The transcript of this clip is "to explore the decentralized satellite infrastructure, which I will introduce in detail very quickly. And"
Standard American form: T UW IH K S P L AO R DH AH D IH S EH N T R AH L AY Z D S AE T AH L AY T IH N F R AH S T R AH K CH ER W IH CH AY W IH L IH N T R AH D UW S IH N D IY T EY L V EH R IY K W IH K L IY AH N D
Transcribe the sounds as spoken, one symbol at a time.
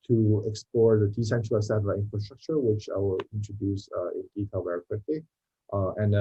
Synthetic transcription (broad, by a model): T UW IH K S P L AO R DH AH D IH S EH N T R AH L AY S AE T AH AY IH N F R AH S T R AH K CH ER W IH CH AY W IH L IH N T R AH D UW S IH N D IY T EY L V EH R IY K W IH K L IY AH N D